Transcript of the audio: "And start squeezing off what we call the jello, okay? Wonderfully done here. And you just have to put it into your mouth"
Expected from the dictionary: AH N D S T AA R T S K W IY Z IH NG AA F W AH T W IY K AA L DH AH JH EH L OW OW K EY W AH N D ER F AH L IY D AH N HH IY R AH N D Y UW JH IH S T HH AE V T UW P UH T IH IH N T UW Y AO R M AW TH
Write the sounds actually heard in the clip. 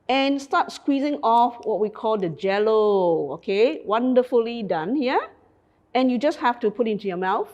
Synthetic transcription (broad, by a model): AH N S T AA T S K W IY Z IH NG AA F W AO T W IY K AA L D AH JH EH L OW OW K EY W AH N D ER F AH L IY D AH N HH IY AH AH N Y UW JH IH S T HH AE F T UW P UH T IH IH N T UW Y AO M AW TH